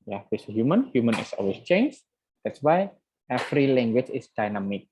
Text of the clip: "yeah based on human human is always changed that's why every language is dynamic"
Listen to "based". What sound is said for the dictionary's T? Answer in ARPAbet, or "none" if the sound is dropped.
none